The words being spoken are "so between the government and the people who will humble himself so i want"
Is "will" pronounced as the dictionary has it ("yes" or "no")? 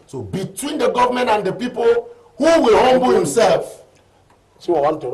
yes